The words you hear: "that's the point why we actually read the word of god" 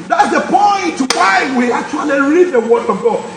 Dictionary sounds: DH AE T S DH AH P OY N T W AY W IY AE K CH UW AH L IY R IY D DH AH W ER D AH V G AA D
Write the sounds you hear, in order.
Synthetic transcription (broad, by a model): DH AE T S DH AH P OY N T W AY W IY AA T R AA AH N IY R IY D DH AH W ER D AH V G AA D